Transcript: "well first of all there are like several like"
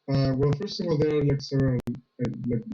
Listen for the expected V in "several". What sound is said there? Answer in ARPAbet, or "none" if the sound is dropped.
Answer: none